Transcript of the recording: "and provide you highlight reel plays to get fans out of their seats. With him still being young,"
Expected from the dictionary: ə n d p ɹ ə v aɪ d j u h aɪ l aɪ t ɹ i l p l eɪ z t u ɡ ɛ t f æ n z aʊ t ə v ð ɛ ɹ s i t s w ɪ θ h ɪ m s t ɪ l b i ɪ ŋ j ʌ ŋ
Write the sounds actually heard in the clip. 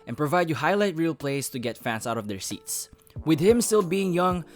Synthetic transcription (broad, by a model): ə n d p ɹ ə v aɪ d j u h aɪ l aɪ t ɹ i l p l eɪ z t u ɡ ɛ t f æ n s aʊ t ə v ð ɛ ɹ s i t s w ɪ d h ɪ m s t ɪ l b i ɪ ŋ j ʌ ŋ